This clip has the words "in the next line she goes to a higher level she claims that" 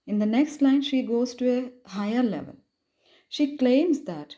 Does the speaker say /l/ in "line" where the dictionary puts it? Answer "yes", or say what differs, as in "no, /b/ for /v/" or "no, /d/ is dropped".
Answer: yes